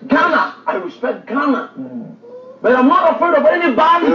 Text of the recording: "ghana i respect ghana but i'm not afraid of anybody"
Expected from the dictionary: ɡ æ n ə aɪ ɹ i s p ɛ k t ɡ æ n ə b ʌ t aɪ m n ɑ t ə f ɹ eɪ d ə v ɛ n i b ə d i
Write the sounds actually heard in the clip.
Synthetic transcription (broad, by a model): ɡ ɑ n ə aɪ ɹ i s p ɛ k t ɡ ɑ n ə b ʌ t aɪ m n ɑ t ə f eɪ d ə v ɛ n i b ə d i